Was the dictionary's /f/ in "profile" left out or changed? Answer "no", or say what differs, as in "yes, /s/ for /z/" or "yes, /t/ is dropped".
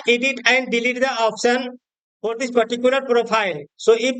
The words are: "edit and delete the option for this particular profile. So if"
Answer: yes, /p/ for /f/